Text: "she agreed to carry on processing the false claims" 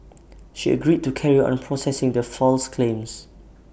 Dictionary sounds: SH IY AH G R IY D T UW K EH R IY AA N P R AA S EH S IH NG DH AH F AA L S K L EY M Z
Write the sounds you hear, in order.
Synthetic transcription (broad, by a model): SH IY AH G R IY D T UW K EH R IY AA N P R AA S EH S IH NG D AH F AA L S K L EY M S